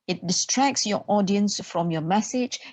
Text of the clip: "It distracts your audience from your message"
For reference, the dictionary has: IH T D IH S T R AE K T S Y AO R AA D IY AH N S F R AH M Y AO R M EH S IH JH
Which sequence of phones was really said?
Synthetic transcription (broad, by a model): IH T D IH S T R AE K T S Y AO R AA D IY AH N S F R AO M Y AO M EH S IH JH